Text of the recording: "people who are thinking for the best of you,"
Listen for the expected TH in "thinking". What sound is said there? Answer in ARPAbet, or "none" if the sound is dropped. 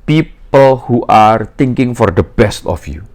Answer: T